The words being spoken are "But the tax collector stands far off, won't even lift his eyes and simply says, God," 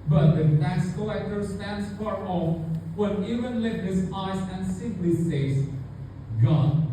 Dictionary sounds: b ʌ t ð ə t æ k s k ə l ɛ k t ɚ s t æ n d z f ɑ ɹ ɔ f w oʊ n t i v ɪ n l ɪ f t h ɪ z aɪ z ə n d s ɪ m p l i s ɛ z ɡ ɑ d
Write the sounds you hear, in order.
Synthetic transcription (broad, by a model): b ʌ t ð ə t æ s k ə ɛ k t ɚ s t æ n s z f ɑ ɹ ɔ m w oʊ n i v ɪ n l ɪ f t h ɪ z aɪ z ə n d s ɪ m p l i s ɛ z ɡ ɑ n